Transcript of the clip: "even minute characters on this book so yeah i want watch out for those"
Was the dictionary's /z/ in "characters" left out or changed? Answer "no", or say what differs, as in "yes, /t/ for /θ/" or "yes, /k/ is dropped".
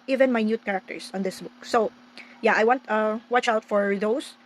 yes, /s/ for /z/